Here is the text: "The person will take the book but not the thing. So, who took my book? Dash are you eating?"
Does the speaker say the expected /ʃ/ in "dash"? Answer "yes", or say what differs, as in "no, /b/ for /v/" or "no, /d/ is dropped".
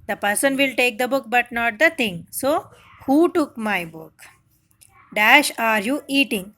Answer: yes